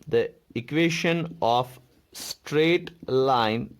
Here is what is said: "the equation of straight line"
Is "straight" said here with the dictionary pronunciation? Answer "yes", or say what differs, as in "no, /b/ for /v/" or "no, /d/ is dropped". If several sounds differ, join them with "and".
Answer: yes